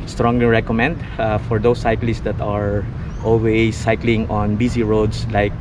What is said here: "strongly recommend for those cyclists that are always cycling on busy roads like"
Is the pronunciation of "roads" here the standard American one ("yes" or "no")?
no